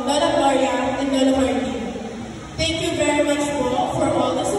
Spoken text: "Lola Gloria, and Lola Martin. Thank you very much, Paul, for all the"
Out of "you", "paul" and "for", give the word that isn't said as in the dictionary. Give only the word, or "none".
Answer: paul